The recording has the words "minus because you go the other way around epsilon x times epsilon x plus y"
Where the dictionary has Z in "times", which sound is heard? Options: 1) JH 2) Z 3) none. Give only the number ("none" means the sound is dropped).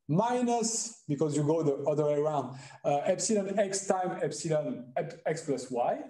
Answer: 3